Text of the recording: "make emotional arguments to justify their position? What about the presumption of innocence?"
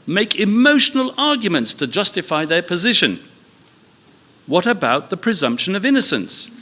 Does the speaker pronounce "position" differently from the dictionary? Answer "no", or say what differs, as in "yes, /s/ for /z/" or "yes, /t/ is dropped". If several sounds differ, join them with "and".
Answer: no